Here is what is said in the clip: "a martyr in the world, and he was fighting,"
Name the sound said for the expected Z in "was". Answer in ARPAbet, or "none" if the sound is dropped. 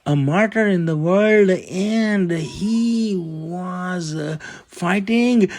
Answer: Z